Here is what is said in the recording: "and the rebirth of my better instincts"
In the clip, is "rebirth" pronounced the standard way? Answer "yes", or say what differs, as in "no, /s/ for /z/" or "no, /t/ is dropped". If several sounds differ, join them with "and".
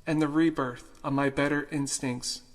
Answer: yes